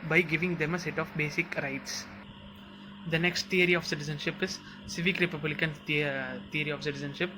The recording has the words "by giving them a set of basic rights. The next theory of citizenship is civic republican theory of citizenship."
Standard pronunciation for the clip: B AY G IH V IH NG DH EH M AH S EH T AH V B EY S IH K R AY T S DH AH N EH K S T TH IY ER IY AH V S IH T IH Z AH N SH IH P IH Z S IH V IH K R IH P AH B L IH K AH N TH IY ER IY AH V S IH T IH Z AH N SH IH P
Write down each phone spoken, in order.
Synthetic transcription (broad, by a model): B AY G IH V IH NG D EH M AH S EH T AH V B EY S IH K R AY T S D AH N EH K S T T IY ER IY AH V S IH T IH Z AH N SH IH P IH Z S IH V IH K R IH P AH B L IH K AH N T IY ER IY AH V S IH T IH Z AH N SH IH P